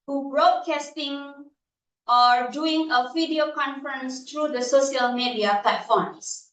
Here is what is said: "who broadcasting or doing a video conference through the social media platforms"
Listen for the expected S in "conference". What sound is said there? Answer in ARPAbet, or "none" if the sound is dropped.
S